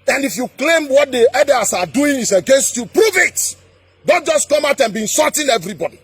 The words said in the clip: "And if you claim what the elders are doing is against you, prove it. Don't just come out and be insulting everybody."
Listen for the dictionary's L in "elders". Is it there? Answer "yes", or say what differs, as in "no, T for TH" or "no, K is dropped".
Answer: no, L is dropped